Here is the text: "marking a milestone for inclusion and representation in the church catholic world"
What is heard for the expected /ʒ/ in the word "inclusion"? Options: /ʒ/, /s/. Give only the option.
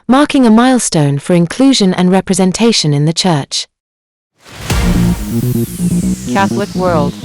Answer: /ʒ/